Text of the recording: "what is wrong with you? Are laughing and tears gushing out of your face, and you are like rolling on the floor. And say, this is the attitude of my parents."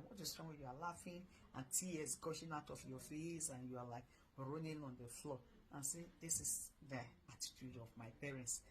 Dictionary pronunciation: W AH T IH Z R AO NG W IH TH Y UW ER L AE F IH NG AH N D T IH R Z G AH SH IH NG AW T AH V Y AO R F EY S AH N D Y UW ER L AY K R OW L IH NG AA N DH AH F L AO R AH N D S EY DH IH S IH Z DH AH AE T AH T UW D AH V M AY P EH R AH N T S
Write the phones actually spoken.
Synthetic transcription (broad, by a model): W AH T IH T R AO NG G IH Y UW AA L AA F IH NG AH N T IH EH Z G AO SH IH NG AW T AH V Y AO F EY S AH N Y UW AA L AY K R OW N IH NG AA N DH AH F L AO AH N S EY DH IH S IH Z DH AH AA T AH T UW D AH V M AY P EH R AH N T S